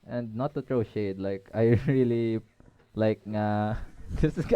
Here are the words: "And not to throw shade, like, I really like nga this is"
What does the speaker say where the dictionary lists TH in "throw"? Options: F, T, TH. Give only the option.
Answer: T